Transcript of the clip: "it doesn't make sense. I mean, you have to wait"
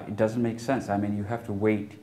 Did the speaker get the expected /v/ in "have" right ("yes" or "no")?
no